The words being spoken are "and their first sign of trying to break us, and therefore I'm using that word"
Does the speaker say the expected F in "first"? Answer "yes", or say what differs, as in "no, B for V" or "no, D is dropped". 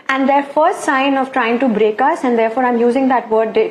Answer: yes